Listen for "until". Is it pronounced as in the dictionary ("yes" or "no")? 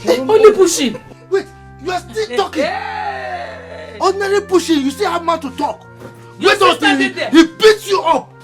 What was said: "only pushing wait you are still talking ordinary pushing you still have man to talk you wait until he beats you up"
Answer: no